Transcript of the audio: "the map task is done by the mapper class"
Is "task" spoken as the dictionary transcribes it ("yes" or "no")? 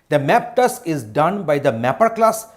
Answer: no